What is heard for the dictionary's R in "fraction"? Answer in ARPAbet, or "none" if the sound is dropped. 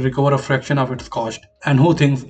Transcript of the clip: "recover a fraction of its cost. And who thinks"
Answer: R